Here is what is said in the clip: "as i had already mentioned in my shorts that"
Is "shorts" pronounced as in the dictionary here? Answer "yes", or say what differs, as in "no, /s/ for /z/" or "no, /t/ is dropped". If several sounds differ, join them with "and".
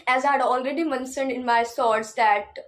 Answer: no, /s/ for /ʃ/